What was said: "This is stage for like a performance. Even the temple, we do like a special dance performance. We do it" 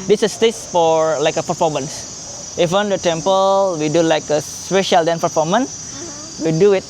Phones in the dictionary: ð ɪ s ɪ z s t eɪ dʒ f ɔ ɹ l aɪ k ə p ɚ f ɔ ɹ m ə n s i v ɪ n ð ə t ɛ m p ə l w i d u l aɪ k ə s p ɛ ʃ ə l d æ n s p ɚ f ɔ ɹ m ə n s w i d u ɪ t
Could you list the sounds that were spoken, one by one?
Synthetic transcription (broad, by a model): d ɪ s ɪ s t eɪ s f ɔ ɹ l aɪ k ə p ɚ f ɔ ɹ m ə n s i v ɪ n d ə t ɛ m p ə l w i d u l aɪ k ə s p ɛ ʃ ə l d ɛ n p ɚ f ɔ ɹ m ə n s w i d u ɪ t